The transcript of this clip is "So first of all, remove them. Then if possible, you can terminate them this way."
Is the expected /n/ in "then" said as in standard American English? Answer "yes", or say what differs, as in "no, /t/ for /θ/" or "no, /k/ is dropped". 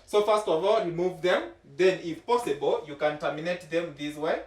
yes